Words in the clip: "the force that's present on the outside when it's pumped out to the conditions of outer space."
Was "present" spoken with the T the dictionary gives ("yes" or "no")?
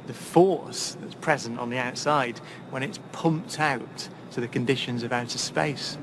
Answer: yes